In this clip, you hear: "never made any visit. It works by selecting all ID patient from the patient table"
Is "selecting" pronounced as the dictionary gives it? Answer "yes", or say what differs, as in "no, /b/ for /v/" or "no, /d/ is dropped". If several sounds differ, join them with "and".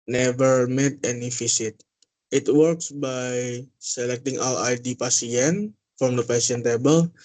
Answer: yes